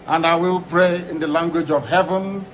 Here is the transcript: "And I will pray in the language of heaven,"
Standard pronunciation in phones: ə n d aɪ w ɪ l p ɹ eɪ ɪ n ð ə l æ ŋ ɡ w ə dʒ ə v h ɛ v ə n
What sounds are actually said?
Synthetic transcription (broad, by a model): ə n d aɪ w ɪ l p ɹ eɪ ɪ n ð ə l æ ŋ ɡ w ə dʒ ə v h ɛ v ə n